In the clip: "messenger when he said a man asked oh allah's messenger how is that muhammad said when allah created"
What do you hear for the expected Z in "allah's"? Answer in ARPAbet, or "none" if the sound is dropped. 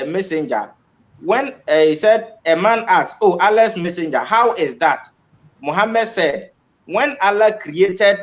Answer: S